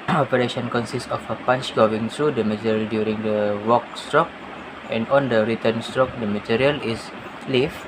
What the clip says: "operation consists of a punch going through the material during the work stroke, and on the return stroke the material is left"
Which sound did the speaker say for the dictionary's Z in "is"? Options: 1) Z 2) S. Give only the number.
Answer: 2